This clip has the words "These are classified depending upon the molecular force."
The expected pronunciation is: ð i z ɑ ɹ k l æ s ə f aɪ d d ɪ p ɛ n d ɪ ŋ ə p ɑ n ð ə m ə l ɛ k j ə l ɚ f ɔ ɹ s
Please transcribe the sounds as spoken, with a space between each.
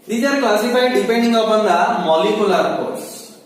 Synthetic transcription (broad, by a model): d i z ɑ ɹ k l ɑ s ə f aɪ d d ɪ p ɛ n d ɪ ŋ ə b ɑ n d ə m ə l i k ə l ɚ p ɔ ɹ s